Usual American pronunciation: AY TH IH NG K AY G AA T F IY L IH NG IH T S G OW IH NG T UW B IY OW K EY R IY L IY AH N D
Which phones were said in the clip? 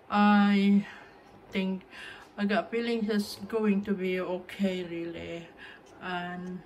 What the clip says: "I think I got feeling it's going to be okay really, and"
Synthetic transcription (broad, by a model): AY T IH NG K AY G AA T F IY L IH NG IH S G OW IH NG T UW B IY OW K EY R IY L IY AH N